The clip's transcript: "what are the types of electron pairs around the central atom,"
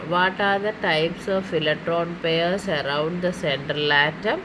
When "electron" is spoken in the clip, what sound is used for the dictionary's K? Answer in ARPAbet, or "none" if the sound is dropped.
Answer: none